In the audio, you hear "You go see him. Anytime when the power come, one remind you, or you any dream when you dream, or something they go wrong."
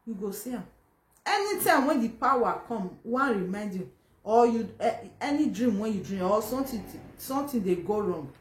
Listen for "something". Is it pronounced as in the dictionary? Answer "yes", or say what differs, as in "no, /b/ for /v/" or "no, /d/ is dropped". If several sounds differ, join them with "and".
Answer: no, /t/ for /θ/